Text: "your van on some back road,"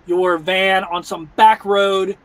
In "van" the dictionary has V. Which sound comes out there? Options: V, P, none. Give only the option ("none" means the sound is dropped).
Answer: V